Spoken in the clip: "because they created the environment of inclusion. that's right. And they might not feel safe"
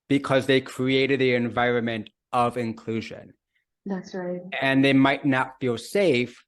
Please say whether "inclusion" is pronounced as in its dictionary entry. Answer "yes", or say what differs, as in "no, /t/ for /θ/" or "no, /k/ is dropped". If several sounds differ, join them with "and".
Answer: yes